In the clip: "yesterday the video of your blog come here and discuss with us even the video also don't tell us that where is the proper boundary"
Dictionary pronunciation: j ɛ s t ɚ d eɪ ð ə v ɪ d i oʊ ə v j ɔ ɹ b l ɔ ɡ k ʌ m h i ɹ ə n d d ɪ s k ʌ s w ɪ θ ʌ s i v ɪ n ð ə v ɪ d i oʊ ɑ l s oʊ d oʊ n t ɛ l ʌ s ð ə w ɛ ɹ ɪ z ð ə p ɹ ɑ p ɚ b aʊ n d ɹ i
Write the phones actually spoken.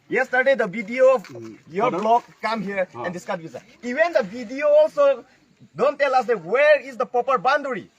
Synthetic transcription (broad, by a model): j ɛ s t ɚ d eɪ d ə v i d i oʊ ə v j ɔ ɹ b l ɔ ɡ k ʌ m h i ɹ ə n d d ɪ s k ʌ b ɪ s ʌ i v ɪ n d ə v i d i oʊ ɑ l s oʊ d oʊ n t ɛ l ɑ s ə w ɛ ɹ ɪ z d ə p ɑ p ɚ b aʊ n d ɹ i